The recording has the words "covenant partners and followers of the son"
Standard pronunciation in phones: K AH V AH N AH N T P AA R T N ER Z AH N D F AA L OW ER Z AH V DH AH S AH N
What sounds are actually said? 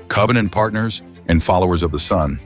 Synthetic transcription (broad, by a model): K AH V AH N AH N P AA R T N ER Z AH N F AA L OW ER Z AH V DH AH S AH N